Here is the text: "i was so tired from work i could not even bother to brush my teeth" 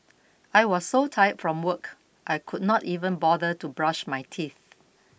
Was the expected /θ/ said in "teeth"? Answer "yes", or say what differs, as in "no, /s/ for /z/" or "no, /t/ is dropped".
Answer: yes